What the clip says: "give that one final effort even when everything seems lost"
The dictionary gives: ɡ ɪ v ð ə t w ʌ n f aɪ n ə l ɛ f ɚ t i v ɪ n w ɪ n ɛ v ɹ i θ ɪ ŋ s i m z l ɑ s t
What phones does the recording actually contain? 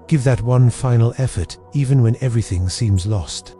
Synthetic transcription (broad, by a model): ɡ ɪ v ð ə t w ʌ n f aɪ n l ɛ f ɚ t i v ɪ n w ɪ n ɛ v ɹ i θ ɪ ŋ s i m z l ɑ s t